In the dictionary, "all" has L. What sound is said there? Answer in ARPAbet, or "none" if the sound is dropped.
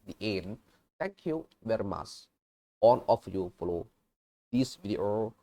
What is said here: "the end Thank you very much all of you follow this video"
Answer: N